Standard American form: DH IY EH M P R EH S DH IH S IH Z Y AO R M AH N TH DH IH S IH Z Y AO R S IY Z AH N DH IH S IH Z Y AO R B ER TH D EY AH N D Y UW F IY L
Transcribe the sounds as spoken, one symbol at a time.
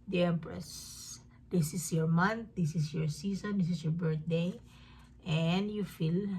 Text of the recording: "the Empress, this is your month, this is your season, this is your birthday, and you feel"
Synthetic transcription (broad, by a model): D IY EH M P R EH S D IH S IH S Y AO R M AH N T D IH S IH S Y AO R S IY S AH N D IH S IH S Y AO R B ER T D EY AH N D Y UW F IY L